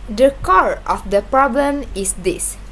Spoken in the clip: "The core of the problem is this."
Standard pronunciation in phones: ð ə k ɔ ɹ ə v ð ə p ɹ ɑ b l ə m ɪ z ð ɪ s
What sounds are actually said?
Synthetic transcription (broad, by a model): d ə k ɔ ɹ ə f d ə p ɹ ɑ b l ə m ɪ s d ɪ s